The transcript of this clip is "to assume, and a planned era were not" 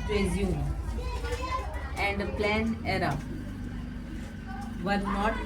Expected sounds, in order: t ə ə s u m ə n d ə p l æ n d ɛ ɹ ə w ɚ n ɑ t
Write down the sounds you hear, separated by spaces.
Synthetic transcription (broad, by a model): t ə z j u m ə n d ə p l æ n ɛ ɹ ə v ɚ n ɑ t